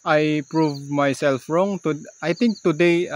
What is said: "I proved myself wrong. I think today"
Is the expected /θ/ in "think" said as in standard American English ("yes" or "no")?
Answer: no